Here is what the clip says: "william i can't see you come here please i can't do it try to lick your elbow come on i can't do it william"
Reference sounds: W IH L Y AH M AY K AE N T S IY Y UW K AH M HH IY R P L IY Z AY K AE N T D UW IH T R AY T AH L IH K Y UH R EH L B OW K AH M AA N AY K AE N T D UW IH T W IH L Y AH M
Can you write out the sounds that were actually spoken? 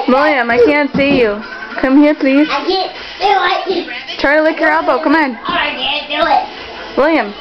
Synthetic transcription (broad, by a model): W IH L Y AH M AY K AE N T S IY Y UW K AH M HH IY R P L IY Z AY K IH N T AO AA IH T R AY T AH L IH K Y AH R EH L B OW K AH M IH N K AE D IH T W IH L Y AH M